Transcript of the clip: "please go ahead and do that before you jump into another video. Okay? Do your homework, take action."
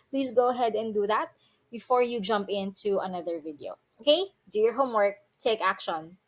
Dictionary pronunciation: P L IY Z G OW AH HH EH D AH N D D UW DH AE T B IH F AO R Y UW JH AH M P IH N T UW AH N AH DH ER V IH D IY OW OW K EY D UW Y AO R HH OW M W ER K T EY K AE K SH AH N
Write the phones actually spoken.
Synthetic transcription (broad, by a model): P L IY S G OW AH HH EH D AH N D D UW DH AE T B IH F AO R Y UW JH AH M P IH N T UW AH N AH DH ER V IH D IY OW OW K EY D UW Y AO R HH OW M W ER K T EY K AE K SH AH N